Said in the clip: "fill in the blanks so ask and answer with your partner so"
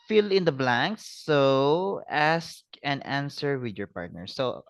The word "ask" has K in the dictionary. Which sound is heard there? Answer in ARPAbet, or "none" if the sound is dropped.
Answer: K